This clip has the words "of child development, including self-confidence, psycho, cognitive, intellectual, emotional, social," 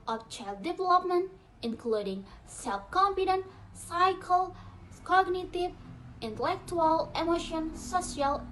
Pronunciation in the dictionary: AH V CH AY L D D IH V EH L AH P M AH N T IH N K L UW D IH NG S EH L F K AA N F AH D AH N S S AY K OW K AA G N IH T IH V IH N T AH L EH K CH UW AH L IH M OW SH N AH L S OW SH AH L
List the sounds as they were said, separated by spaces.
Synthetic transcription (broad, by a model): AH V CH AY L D D IH V EH L AH P M AH N T IH N K L UW D IH NG S EH L F K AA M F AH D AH N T S AY K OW K AA G N IH T IH V IH N T AH L EH K CH UW AH L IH M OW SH AH N S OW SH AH L